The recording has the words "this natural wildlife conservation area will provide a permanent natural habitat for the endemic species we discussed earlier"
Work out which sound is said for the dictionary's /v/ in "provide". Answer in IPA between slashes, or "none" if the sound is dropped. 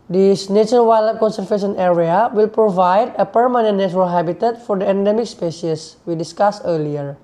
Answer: /v/